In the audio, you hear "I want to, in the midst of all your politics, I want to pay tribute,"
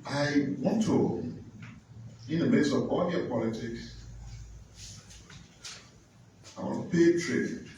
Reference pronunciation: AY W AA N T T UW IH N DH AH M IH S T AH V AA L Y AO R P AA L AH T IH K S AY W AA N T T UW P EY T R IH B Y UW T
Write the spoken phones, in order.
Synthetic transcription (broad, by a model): AY W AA N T T UW IH N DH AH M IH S AH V AA L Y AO P AA L AH T IH K S AY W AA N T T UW P EY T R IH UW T